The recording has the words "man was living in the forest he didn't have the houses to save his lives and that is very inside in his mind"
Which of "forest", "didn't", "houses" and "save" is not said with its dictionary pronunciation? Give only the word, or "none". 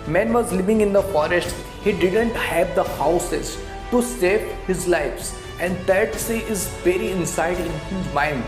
save